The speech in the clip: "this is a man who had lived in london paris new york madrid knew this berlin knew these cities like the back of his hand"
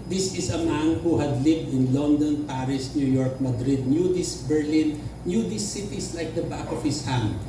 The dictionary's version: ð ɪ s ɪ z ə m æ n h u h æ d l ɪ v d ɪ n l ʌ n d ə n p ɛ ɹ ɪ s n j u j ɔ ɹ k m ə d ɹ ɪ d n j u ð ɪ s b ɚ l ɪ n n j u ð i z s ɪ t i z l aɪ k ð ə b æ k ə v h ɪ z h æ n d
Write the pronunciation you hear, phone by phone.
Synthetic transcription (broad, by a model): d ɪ s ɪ s ə m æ n h u h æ d l ɪ v d ɪ n l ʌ n d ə n p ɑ ɹ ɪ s n j u j ɔ ɹ k m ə d ɹ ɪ d n j u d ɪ s b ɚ l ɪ n n j u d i s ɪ t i s l aɪ k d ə b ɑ k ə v h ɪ s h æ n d